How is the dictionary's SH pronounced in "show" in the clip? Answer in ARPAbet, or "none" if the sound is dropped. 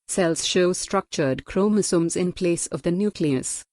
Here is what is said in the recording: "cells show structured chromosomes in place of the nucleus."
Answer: SH